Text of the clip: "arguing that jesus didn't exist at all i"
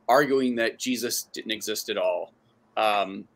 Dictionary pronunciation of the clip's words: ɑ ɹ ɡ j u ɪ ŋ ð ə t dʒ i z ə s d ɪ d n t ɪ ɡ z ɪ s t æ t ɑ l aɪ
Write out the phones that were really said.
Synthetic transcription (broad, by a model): ɑ ɹ ɡ j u ɪ ŋ ð ə t dʒ i z ə s d ɪ d n t ɪ ɡ z ɪ s t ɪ t ɑ l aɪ